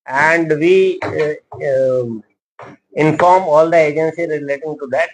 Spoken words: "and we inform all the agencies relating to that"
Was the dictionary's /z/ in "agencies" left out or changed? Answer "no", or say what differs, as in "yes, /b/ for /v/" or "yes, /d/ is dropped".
yes, /z/ is dropped